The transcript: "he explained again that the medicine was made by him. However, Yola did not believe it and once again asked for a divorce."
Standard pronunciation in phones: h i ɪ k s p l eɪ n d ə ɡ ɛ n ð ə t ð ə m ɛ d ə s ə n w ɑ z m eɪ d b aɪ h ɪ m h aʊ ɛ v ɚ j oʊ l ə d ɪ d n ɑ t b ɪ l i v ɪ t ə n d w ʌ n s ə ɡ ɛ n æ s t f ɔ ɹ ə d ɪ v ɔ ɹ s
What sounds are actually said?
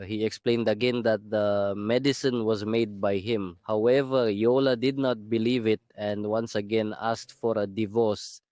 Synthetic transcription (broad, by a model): h i ɪ k s p l eɪ n d ə ɡ ɛ n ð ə t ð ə m ɛ d ə s ə n w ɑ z m eɪ d b aɪ h ɪ m h aʊ ɛ v ɚ j oʊ l ə d ɪ d n ɑ t b ɪ l i v ɪ t ə n d w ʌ n s ə ɡ ɛ n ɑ s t f ɔ ɹ ə d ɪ v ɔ ɹ s